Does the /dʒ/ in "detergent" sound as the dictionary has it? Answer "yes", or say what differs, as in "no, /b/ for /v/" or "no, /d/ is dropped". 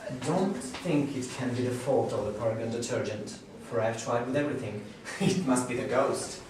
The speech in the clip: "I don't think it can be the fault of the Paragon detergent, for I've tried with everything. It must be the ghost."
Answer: yes